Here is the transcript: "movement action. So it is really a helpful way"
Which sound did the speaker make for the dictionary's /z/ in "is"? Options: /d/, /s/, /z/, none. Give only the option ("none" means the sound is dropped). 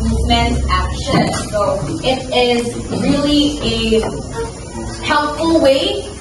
/z/